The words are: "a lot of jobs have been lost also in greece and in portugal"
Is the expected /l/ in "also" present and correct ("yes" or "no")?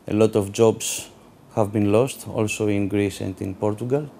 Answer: yes